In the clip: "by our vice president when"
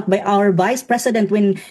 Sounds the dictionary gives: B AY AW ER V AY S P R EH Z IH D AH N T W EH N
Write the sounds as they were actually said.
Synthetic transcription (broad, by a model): B AY AW ER V AY S P R EH S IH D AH N T W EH N